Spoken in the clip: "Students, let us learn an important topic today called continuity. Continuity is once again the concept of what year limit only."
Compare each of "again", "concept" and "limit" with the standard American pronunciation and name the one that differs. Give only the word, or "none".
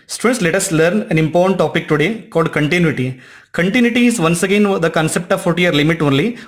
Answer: none